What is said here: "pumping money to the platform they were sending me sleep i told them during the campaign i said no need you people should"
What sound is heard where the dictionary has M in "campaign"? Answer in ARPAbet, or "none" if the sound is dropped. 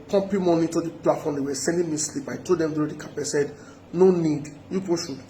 none